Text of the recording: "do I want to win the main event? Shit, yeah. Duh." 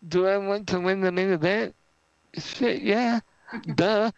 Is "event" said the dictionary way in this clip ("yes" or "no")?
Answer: no